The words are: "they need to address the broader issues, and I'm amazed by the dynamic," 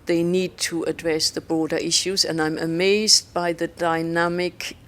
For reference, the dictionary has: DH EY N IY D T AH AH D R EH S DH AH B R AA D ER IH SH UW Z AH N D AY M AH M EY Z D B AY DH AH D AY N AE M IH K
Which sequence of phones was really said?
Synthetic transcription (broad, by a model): DH EY N IY D T AH AH D R EH S DH AH B R AA D ER IH SH UW Z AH N AY M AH M EY Z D B AY DH AH D AY N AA M IH K